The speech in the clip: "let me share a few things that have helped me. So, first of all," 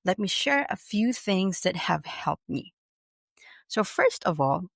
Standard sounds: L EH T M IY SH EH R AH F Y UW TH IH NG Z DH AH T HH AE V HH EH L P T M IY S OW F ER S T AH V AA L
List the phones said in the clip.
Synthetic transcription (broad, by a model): L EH T M IY SH EH R AH F Y UW TH IH NG Z DH AH T HH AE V HH EH L P T M IY S OW F ER S T AH V AA L